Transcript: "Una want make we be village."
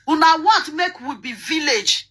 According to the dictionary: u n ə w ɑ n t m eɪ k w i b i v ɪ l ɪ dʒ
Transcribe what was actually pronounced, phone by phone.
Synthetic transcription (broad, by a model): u n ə w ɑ t m eɪ k w i b i v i l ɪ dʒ